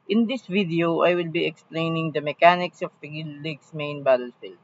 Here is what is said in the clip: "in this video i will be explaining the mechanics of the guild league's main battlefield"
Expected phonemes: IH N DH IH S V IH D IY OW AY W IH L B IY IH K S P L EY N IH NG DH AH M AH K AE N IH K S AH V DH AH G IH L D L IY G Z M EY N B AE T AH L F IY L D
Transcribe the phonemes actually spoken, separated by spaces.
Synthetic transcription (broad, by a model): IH N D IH S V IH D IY OW AY W IH L B IY IH K S P L EY N IH NG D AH M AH K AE N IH K S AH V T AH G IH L L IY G S M EY N B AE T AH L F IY L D